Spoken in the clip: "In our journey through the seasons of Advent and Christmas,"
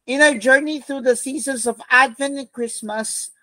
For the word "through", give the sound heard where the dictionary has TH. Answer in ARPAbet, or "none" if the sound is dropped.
TH